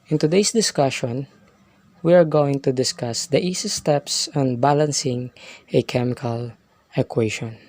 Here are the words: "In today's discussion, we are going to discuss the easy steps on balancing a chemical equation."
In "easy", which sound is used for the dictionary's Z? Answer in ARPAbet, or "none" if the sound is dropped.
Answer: S